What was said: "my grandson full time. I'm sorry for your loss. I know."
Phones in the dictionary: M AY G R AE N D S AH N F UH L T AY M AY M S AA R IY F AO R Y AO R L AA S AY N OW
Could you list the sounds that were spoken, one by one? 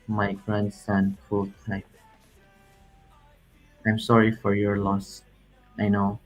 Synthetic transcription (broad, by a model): M AY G R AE N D S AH N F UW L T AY AY M S AA R IY F AO R Y AO R L AA S AY N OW